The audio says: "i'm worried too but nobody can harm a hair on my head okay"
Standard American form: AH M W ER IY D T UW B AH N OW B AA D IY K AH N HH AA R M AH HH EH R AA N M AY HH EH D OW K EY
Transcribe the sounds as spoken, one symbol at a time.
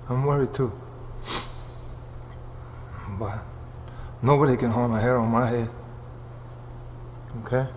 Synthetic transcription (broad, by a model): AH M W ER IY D T UW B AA N OW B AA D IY K AH N HH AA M AH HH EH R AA M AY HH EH OW K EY